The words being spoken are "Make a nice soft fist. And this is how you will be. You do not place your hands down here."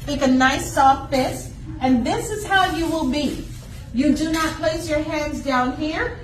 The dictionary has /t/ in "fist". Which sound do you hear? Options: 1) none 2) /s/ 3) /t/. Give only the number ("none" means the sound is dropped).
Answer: 1